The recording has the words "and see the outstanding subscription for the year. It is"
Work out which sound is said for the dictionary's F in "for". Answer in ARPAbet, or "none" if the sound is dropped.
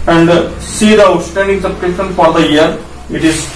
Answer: F